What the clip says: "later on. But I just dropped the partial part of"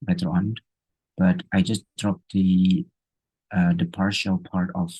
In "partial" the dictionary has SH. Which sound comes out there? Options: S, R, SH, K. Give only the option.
SH